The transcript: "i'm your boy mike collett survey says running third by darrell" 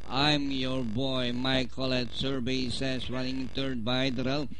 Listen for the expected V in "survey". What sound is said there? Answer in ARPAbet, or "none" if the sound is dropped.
B